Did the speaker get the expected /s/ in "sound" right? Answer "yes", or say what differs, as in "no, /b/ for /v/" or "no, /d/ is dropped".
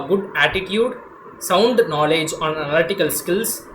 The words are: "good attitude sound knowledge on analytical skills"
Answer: yes